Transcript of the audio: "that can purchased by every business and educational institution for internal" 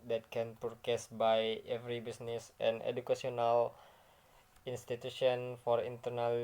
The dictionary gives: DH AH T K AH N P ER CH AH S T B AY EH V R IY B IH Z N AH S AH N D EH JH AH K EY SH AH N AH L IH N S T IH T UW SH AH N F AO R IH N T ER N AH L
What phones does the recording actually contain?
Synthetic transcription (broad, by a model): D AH T K AH N P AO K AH S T B AY EH V R IY B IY S N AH S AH N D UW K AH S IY AH N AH L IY N S T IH T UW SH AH N F AO R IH N T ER N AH L